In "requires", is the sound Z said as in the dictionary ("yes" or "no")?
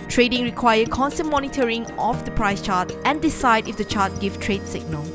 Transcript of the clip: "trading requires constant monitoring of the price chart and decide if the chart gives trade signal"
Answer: no